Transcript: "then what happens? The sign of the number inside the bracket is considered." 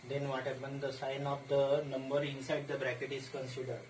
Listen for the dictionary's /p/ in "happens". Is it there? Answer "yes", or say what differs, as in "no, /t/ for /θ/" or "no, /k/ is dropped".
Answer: no, /b/ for /p/